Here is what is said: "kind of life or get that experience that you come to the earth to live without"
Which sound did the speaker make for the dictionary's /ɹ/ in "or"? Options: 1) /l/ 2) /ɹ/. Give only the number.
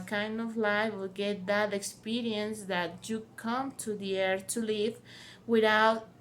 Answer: 1